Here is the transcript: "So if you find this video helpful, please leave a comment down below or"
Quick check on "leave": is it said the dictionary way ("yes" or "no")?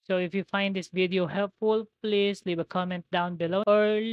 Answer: no